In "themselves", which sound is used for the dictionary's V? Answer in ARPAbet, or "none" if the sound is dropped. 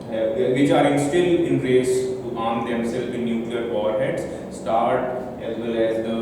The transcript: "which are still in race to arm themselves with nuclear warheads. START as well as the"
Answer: none